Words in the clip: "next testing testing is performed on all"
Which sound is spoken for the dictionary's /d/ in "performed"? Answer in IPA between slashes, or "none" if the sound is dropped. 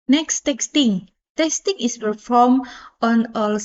none